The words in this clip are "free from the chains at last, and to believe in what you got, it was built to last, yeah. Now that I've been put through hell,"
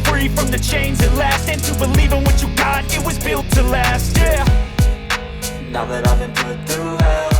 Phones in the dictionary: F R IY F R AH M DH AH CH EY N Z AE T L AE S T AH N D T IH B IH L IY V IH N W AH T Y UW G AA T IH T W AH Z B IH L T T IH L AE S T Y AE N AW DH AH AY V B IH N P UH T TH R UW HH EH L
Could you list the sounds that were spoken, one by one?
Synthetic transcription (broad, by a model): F R IY F R AH M DH AH CH EY N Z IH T L AE S T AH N T IH B IH L IY V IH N W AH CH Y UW G AA T IH T W AH Z B IH L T T IH L AE S T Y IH N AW DH AH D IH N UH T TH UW